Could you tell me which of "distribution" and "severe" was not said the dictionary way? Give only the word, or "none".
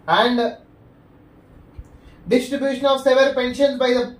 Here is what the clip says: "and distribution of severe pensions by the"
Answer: severe